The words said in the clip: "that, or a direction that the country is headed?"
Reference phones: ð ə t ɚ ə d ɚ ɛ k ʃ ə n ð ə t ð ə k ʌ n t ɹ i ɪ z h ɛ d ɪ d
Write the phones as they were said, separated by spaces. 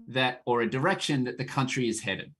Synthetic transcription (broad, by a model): ð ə t ɚ ə d ɚ ɛ k ʃ ə n ð ə t ð ə k ʌ n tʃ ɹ i ɪ z h ɛ d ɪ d